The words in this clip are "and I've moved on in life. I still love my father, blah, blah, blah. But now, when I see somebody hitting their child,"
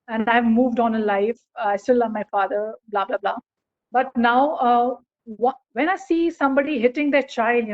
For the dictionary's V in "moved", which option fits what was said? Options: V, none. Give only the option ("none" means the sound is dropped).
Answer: V